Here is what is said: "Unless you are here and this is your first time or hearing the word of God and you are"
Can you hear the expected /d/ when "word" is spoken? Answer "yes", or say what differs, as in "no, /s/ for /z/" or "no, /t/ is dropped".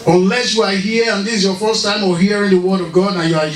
yes